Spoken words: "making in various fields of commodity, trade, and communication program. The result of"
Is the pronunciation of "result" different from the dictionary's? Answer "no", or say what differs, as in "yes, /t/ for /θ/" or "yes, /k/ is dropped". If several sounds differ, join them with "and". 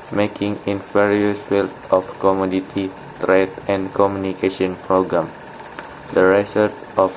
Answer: yes, /s/ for /z/ and /l/ is dropped